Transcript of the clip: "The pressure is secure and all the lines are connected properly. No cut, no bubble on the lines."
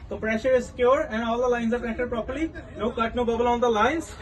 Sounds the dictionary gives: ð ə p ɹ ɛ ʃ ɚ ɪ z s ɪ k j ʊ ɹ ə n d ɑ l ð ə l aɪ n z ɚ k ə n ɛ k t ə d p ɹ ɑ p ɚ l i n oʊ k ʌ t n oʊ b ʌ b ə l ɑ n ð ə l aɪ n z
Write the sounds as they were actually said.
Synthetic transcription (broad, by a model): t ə p ɹ ɛ ʃ ɚ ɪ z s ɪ k j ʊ ɹ ə n d ɑ l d ə l aɪ n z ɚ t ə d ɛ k t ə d p ɹ ɑ p ɚ l i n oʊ k ʌ t n oʊ b ʌ b ə l ɑ n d ə l aɪ n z